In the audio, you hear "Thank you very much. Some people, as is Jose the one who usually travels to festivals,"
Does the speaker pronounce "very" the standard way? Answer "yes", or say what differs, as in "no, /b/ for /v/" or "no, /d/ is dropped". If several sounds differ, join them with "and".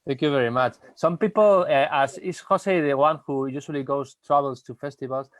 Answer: yes